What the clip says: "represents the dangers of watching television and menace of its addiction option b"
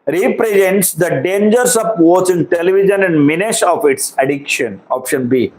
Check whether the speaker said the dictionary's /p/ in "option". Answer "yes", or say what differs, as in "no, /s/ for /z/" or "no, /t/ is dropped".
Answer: yes